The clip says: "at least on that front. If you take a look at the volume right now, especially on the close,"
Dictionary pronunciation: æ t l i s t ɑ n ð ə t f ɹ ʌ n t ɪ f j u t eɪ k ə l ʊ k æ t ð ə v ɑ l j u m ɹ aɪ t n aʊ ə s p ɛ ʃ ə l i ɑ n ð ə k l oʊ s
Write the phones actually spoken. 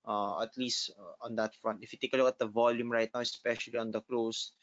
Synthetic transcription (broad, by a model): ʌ t l i s t ɑ n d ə t f ɹ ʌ n t ɪ f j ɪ t eɪ k ə l ʊ k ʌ t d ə v ɑ l j u m ɹ aɪ t n aʊ ə s p ɛ ʃ ə l i ɑ n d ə k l oʊ s